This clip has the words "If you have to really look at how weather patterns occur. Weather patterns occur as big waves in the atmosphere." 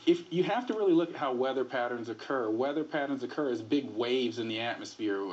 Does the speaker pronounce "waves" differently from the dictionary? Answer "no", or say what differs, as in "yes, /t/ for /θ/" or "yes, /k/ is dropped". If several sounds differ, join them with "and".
no